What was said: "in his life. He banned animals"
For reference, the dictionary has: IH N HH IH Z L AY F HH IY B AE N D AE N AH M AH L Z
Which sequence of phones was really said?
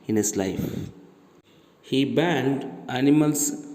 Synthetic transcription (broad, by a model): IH N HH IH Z L AY F HH IY B AE N D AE N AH M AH L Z